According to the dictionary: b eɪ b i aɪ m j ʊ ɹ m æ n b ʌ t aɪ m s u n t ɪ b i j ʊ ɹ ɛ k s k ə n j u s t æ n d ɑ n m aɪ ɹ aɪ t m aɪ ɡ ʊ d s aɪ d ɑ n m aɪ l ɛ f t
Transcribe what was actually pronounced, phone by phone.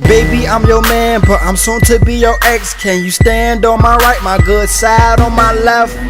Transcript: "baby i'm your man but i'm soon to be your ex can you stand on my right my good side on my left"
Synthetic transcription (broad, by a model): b eɪ b i aɪ m j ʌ ɹ m æ n b ʌ t aɪ m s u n t ɪ b i j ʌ ɹ ɛ k s k ə n j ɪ s t æ n d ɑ n m aɪ ɹ aɪ t m aɪ ɡ ʊ d s aɪ d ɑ n m aɪ l ɛ f t